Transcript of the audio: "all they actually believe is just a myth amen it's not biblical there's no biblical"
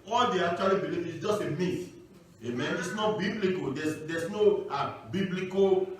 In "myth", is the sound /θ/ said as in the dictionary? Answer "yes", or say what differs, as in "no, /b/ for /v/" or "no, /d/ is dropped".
no, /t/ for /θ/